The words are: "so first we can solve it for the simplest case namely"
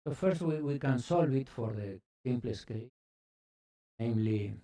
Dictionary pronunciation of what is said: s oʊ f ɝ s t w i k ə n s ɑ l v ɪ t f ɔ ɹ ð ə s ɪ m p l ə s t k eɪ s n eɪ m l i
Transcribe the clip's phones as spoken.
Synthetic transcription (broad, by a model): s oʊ f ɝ s t w i k ə n s ɑ l v ɪ t f ɔ ɹ ð ə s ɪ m p l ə s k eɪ n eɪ m l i